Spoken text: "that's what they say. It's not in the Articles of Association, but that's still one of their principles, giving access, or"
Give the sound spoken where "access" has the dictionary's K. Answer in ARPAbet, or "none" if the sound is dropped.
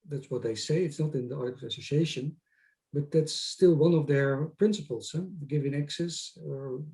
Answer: K